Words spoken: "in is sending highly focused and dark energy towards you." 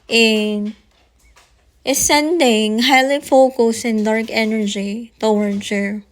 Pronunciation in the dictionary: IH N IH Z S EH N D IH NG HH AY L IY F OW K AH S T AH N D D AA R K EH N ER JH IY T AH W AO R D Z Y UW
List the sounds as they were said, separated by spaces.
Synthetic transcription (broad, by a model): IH N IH S EH N D IH NG HH AY L IY F OW K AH S AH N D D AA R K EH N ER JH IY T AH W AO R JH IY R